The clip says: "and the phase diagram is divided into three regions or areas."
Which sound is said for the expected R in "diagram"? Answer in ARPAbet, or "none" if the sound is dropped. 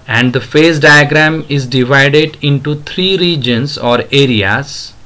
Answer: R